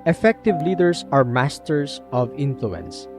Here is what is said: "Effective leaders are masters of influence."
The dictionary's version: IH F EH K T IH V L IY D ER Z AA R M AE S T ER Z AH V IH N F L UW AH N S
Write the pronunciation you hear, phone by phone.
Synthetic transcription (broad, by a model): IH F EH K T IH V L IY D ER S AA R M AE S T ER S AH V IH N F L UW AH N S